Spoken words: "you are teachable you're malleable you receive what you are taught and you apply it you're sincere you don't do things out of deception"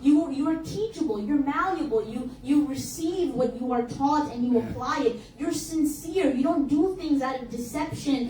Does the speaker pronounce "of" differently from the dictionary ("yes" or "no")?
no